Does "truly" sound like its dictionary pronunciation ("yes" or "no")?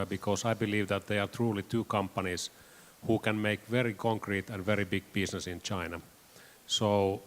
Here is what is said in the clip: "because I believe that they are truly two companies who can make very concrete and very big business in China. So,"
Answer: yes